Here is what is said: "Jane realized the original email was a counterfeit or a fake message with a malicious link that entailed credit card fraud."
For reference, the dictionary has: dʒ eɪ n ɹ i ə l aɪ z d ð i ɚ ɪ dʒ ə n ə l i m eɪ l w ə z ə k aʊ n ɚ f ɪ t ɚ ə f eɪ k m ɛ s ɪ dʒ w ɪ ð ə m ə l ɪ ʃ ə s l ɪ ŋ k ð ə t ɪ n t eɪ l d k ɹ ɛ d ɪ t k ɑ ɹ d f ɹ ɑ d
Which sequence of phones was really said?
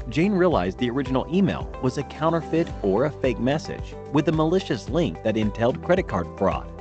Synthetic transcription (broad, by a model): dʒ eɪ n ɹ i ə l aɪ z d ð i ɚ ɪ dʒ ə n l i m eɪ l w ə z ə k aʊ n ɚ f ɪ t ɚ ə f eɪ k m ɛ s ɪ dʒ w ɪ ð ə m ə l ɪ ʃ ə s l ɪ ŋ k ð ə t ɪ n t eɪ l d k ɹ ɛ d ɪ t k ɑ ɹ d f ɹ ɑ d